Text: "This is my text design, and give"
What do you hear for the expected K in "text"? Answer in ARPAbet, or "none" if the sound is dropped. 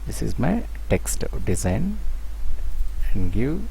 K